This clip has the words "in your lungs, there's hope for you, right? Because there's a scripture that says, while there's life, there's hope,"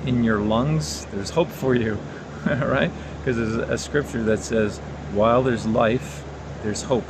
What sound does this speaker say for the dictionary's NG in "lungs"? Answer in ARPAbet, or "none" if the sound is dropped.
NG